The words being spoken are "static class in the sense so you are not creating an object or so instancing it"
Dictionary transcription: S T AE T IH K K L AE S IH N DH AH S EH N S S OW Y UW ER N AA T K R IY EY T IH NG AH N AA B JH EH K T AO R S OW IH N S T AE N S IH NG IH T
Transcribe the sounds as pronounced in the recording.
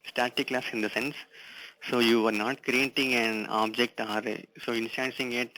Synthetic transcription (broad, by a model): S T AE T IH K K L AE S IH N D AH S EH N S S OW Y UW ER N AA T K R IY EY T IH NG AH N AA B JH EH K T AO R S OW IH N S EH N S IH NG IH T